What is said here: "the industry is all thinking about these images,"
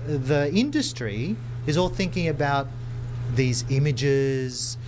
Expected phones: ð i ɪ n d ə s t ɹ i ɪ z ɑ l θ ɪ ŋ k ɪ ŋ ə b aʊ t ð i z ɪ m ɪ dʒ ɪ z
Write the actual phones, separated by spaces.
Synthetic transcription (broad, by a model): ð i ɪ n d ə s t ɹ i ɪ z ɑ l θ ɪ ŋ k ɪ ŋ ə b aʊ t ð i z ɪ m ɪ dʒ ɪ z